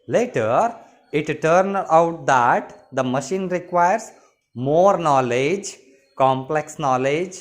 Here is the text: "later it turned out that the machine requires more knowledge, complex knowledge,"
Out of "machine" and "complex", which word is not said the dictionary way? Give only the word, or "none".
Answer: none